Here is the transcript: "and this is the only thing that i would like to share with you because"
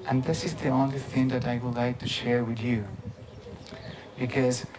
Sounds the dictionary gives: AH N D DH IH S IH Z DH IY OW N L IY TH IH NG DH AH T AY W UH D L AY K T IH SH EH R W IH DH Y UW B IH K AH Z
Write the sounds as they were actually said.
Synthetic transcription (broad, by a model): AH N DH IH S IH Z DH IY OW N L IY TH IH NG DH AH T AY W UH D L AY K T IH SH EH R W IH DH Y UW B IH K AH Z